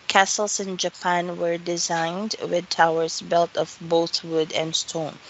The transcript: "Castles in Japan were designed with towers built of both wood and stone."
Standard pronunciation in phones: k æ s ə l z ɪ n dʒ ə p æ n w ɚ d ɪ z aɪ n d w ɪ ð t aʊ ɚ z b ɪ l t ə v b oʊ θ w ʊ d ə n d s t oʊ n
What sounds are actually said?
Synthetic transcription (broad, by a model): k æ s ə l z ɪ n dʒ ə p æ n w ɚ d ɪ z aɪ n d w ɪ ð t aʊ ɚ z b ɪ l t ə v b oʊ θ w ʊ d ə n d s t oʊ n